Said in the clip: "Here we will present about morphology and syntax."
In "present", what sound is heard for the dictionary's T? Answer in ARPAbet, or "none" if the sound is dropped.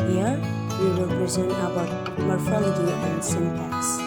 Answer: none